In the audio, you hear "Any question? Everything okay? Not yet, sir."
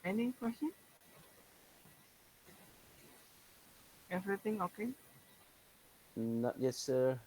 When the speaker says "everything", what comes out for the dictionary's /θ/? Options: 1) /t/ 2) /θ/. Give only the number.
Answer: 1